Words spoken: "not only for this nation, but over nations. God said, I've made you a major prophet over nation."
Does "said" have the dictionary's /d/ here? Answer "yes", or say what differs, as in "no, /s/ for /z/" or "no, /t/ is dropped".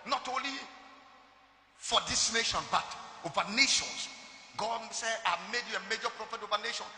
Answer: no, /d/ is dropped